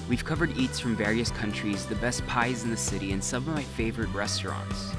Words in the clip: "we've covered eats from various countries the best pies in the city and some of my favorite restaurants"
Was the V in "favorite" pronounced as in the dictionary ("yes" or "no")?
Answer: yes